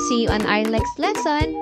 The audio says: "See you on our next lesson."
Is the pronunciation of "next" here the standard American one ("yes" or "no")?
no